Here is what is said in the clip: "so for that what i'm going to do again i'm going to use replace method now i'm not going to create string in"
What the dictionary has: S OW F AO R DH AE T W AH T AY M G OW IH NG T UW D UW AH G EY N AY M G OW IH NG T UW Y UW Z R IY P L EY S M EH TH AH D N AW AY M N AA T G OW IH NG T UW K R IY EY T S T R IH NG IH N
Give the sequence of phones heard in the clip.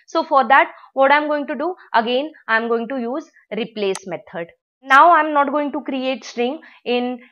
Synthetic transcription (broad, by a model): S OW F AO R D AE T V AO T AY M G OW IH NG T UW D UW AH G EY N AY M G OW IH NG T UW Y UW Z R IY P L EY S M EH T AH D N AW AY M N AA T G OW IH NG T UW K R IY EY T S T R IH NG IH N